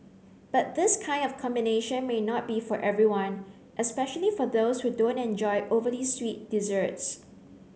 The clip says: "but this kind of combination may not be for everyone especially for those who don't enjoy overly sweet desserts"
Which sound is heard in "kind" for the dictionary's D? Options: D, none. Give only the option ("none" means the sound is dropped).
D